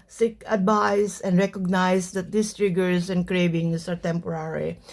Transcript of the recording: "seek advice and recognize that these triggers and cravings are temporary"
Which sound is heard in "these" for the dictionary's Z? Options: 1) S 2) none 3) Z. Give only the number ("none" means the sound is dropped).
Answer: 1